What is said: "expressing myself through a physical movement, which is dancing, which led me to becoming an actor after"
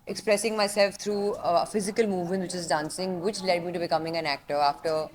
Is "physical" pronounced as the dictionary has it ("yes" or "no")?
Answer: yes